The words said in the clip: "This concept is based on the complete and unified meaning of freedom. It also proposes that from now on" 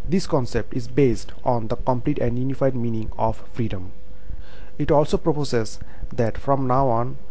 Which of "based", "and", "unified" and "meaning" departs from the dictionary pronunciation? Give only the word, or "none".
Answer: none